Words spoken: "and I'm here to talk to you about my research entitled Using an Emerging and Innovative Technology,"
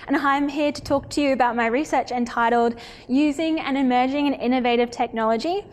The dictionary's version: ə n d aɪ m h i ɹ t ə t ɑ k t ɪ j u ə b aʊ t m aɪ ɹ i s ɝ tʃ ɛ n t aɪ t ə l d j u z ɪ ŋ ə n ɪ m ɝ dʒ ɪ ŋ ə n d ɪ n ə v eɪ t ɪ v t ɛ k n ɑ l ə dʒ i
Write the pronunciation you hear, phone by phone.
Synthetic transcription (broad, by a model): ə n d aɪ m h i ɹ t ə t ɑ k t ɪ j u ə b aʊ t m aɪ ɹ i s ɝ tʃ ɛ n t aɪ t l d j u z ɪ ŋ ə n ɪ m ɝ dʒ ɪ ŋ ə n ɪ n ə v eɪ t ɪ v t ɛ k n ɑ l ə dʒ i